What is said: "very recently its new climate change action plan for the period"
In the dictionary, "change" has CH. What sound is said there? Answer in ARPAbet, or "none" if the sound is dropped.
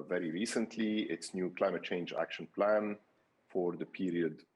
CH